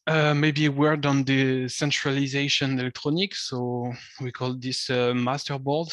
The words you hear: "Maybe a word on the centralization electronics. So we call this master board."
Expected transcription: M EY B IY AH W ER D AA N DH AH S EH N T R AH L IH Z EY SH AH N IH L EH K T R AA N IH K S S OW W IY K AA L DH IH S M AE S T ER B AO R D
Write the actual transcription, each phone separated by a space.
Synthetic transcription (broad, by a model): M EY B IY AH W ER D AA N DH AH S EH N T R AH L IH Z EY SH AH N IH L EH K T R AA N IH K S S OW W IY K AA L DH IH S M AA S T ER B AO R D